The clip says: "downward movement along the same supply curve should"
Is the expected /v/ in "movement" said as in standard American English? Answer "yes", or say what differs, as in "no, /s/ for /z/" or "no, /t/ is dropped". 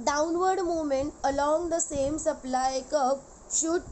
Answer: no, /v/ is dropped